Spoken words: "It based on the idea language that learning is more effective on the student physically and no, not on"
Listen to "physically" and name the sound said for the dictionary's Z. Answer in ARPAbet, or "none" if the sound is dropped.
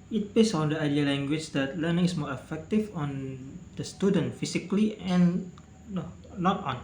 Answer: S